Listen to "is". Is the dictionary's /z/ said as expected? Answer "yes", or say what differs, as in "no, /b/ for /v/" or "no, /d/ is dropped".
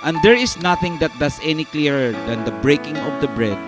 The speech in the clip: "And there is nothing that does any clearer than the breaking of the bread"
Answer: no, /s/ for /z/